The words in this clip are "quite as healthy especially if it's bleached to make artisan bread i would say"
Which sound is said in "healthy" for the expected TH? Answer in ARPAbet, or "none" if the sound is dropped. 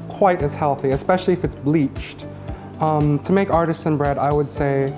TH